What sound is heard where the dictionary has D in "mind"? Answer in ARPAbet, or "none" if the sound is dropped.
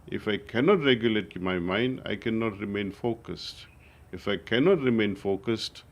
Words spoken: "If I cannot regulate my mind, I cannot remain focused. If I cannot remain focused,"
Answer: D